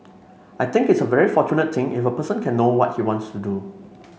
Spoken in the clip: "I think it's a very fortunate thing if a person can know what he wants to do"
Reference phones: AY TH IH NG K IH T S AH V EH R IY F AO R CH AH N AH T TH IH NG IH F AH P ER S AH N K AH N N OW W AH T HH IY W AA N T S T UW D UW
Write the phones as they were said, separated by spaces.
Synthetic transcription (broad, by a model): AY T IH NG K IH T S AH V EH R IY F AO CH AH N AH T T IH NG IH F AH P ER S AH N K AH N N OW W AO T HH IY W AA N T S T UW D UW